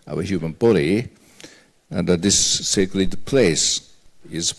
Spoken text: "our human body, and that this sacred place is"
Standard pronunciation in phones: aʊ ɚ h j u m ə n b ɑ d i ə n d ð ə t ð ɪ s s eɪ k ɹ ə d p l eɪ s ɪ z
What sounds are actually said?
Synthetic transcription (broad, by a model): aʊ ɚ h j u m ə n b ɑ d i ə n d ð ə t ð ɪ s s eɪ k l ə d p l eɪ s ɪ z